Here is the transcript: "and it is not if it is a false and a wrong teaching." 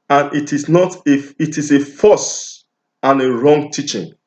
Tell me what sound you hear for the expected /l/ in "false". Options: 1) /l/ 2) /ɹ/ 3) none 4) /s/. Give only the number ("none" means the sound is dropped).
3